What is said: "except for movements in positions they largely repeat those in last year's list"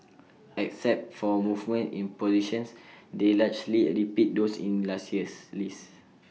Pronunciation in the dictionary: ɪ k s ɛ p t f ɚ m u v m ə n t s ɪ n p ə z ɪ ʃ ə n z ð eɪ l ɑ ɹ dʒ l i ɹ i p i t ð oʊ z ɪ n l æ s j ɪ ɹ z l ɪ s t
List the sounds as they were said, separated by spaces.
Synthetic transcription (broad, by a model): ɪ k s ɛ p t f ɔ m u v m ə n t ɪ n p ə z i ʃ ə n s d eɪ l ɑ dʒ l i ɹ i p i t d oʊ s ɪ n l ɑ s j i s l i s